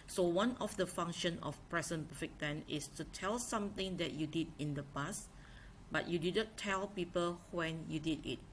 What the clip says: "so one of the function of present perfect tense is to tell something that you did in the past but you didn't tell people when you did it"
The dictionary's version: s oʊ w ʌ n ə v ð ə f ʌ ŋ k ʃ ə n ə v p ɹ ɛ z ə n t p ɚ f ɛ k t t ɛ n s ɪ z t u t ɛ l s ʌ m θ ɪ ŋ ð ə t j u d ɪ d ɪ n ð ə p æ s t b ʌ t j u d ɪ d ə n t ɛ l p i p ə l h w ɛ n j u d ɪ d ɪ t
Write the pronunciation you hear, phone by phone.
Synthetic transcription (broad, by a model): s oʊ w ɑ n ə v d ə f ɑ ŋ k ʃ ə n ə f p ɹ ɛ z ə n p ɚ f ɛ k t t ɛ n ɪ s t u t ɛ l s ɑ m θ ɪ ŋ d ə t j u d ɪ d ɪ n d ə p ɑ s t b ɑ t j u d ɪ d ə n t ɛ l p i p ə l h w ɛ n j u d ɪ d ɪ t